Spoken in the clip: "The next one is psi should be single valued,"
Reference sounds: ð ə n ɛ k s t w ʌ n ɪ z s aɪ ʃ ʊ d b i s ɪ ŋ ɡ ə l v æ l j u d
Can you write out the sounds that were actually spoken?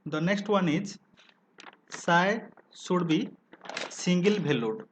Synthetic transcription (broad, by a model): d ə n ɛ k s t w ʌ n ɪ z s aɪ s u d b i s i ŋ ɡ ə l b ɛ l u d